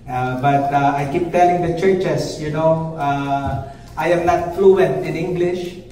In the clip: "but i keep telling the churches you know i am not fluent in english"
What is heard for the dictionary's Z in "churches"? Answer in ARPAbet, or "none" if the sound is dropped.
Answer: S